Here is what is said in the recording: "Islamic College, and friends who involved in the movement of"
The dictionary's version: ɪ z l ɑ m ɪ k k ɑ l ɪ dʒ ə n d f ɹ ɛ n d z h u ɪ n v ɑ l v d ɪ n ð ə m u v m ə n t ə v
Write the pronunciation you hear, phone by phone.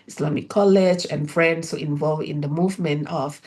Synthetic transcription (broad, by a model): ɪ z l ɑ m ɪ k k ɑ l ɪ dʒ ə n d f ɹ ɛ n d s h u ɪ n v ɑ l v ɪ n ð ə m u v m ə n t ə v